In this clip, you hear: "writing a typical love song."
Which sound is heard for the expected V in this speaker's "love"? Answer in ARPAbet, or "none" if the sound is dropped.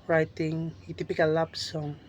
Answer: B